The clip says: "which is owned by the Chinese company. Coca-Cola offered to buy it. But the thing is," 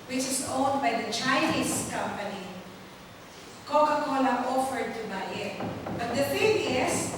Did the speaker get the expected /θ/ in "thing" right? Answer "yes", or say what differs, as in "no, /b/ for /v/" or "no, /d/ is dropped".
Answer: no, /f/ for /θ/